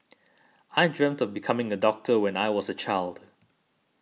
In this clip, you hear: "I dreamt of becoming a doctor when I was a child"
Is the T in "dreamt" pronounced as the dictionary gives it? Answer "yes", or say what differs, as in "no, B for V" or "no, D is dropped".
yes